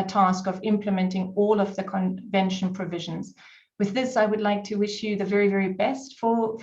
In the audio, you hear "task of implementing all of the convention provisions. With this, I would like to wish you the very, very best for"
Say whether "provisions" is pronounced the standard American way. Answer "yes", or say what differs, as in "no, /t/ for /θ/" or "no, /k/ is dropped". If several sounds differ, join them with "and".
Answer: yes